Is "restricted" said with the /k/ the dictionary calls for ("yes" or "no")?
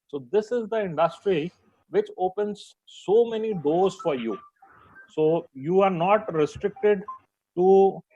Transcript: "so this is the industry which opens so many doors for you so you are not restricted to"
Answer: yes